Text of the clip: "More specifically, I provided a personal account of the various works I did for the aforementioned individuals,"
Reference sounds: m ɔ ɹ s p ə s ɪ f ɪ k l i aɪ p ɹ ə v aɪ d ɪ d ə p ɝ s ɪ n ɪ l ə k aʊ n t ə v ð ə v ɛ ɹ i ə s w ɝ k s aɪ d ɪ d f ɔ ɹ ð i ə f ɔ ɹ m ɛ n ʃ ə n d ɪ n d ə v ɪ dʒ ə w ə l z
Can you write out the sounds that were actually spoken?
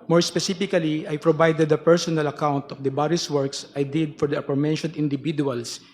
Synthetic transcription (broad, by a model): m ɔ ɹ s p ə s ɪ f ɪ k l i aɪ p ɹ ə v aɪ d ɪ d ə p ɝ s ɪ n ɪ l ə k aʊ n t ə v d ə b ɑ ɹ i s w ɝ k s aɪ d ɪ d f ɔ ɹ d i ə p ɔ ɹ m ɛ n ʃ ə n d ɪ n d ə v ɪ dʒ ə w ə l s